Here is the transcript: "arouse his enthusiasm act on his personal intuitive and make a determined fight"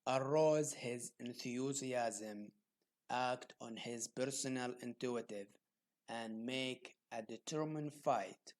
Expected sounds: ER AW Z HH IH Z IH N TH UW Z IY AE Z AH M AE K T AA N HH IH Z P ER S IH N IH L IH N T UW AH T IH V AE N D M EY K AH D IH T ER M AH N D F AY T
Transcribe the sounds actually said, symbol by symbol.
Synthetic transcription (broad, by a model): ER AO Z HH IH Z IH N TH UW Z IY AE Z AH M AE K T AA N HH IH Z P ER S IH N IH L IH N T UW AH T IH V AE N D M EY K AH D IH T ER M AH N D F AY T